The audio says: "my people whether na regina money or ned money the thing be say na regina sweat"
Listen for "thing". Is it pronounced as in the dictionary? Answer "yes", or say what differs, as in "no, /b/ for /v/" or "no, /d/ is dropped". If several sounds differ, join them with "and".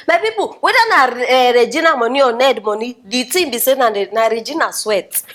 no, /t/ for /θ/